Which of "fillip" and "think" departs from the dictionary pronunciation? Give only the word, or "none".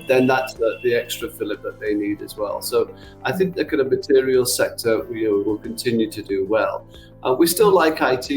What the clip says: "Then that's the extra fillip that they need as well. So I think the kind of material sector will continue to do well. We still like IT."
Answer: none